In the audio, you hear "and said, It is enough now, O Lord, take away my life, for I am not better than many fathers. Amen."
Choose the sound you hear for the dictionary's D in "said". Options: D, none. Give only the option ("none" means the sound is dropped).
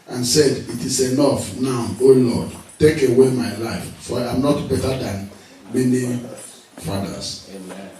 D